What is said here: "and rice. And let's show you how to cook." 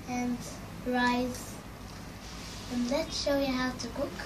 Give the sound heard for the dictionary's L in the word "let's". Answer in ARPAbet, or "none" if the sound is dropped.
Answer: L